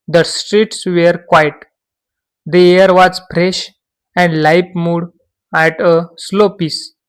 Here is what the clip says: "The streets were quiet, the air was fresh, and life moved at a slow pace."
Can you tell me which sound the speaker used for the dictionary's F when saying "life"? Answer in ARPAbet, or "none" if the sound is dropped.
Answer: P